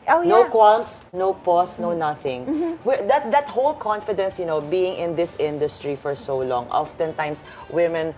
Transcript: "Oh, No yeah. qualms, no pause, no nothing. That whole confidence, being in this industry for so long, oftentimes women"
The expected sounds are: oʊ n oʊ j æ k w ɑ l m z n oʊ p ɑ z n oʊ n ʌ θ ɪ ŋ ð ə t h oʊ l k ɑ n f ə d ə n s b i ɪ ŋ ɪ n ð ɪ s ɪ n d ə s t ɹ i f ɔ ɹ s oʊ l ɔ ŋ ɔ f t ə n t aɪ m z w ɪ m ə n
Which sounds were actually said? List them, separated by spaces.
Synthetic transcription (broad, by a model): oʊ n oʊ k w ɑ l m s n oʊ p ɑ s n oʊ n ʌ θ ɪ ŋ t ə t h oʊ l k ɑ n f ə d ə n s b i ɪ ŋ ɪ n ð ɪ s ɪ n d ə s t ɹ i f ɔ ɹ s oʊ l ɔ ŋ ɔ f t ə n t aɪ m s w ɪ m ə n